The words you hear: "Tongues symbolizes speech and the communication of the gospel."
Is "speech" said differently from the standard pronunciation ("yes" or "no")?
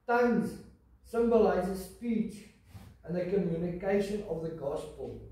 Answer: no